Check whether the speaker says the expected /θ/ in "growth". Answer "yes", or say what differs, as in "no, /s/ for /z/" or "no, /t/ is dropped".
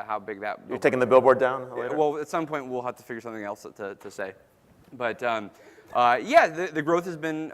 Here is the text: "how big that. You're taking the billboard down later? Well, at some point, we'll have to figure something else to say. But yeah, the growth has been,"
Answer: yes